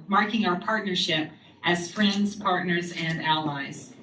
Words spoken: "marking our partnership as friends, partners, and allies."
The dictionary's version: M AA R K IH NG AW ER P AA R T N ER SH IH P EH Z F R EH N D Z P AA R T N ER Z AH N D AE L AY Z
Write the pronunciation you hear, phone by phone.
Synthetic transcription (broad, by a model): M AA R K IH NG AW ER P AA R T N ER SH IH P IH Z F R EH N D Z P AA R T N ER Z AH N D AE L AY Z